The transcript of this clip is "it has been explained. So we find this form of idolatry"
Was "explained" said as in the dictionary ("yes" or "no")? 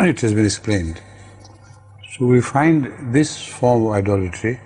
yes